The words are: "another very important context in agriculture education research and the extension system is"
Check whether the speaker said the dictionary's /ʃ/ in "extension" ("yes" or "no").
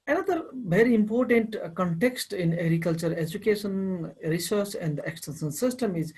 no